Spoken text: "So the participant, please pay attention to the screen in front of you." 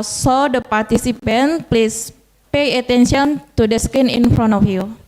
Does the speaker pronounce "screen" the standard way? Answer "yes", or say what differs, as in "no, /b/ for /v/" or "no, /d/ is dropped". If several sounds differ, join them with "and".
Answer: no, /ɹ/ is dropped